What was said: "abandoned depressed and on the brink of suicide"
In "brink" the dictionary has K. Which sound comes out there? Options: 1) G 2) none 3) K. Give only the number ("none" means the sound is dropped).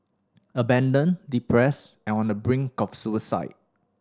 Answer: 3